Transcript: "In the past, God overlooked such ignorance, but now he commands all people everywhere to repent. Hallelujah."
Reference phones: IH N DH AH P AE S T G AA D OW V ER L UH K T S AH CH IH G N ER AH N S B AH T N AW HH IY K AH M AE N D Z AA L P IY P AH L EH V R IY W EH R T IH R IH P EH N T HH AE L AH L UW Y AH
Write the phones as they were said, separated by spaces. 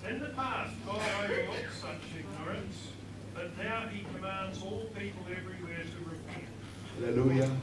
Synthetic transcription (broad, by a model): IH N DH AH P AE S T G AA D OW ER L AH T S AH CH IH G N ER AH N S B AH T N AW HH IY K AH M AE N D Z AA L P IY P AH L EH V R IY W EH R T IH R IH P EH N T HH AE L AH L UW Y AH